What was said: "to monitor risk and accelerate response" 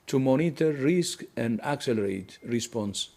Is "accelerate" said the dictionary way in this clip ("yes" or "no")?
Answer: yes